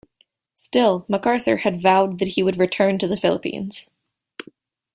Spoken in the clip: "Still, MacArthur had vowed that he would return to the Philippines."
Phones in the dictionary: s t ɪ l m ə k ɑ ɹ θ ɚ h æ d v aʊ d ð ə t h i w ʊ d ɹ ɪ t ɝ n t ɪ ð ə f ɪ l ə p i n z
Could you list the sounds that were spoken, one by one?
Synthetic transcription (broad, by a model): s t ɪ l m ə k ɑ ɹ θ ɚ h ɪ d v aʊ d ð ə t h i w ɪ d ɹ ɪ t ɝ n t ɪ ð ə f ɪ l ə p i n z